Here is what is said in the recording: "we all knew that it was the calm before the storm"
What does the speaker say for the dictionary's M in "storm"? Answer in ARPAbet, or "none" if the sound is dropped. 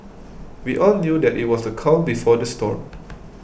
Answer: none